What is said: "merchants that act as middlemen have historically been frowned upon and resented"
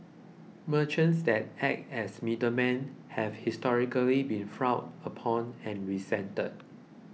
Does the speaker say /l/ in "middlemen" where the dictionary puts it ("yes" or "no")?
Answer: no